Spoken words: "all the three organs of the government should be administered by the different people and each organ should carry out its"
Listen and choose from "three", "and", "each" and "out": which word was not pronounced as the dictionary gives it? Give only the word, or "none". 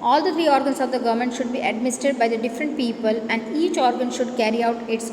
three